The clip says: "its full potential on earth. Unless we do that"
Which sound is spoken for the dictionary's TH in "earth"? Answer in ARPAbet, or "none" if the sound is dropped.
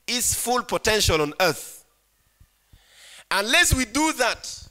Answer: TH